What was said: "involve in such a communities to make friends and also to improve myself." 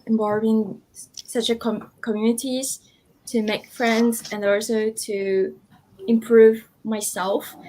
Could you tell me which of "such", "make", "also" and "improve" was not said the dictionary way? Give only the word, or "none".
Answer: none